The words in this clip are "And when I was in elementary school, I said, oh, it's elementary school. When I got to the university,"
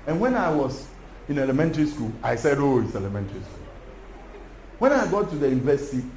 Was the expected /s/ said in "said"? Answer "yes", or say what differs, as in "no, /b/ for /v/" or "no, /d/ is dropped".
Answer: yes